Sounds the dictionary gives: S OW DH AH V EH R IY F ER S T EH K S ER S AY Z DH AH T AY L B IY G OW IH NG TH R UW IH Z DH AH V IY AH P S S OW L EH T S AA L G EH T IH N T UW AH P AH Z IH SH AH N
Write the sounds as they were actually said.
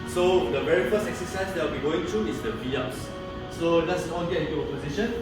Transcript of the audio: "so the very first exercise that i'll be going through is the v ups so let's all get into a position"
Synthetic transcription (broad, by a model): S OW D AH V EH R IY F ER S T EH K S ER S AY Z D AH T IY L B IY G OW IH NG T R UW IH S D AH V IY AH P S S OW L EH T S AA N G EH T IH N T UW AH P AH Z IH SH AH N